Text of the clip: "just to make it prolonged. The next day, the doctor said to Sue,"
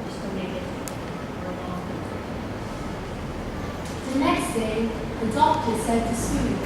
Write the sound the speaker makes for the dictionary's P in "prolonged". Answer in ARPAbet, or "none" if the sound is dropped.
F